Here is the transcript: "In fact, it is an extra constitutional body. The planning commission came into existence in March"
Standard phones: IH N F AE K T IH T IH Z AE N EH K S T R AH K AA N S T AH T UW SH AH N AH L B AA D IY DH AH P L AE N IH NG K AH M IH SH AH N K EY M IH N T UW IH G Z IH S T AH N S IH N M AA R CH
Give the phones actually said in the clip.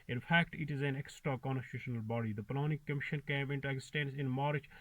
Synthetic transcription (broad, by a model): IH N F AE K T IH T IH Z AE N EH K S T R AH K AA N S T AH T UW SH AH N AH L B AA D IY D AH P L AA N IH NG K AH M IH SH AH N K EY M IH N T UW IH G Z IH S T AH N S IH N M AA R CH